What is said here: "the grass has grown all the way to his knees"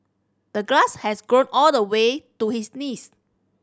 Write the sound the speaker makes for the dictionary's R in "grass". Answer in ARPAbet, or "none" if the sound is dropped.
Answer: L